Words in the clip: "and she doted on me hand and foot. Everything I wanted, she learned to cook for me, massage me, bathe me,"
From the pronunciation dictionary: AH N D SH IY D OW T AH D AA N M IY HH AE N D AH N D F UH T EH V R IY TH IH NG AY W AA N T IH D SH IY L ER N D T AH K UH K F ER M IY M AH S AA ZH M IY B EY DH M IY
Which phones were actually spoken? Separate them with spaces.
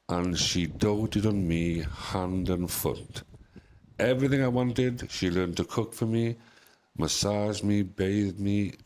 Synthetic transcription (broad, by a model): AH N SH IY D OW T AH D N M IY HH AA N D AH N F UH T EH V R IY TH IH NG AY W AA N T IH D SH IY L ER N T AH K UH K F ER M IY M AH S AA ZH M IY B EY DH M IY